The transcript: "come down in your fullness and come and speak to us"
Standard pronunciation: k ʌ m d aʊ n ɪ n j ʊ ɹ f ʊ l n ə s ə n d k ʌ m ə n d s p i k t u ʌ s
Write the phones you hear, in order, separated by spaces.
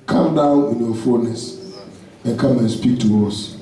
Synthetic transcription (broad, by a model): k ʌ m d aʊ n ɪ n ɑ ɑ f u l n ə s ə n k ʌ m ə n s p i k t u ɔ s